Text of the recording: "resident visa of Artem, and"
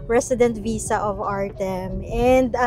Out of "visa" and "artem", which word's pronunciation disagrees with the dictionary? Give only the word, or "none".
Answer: visa